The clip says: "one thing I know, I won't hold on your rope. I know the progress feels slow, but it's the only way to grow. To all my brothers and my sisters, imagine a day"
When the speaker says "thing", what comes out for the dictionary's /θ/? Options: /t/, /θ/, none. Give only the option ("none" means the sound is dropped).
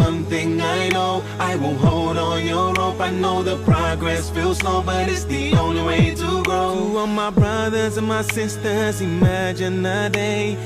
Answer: /θ/